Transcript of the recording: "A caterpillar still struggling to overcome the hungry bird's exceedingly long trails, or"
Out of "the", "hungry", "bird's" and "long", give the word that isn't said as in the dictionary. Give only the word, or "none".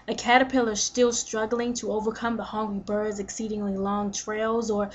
hungry